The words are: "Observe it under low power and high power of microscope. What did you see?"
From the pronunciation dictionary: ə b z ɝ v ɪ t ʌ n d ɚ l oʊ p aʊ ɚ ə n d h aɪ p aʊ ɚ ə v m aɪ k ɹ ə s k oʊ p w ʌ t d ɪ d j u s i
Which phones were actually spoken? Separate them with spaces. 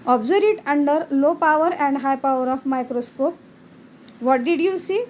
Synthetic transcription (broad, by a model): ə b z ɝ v ɪ t ʌ n d ɚ l oʊ p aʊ ɚ ə n d h aɪ p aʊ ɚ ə f m aɪ k ɹ ə s k oʊ p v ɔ t d ɪ d j u s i